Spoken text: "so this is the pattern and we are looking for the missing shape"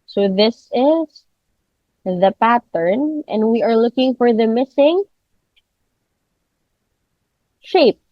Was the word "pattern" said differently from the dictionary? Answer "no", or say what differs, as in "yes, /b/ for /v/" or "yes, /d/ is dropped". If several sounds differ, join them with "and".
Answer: no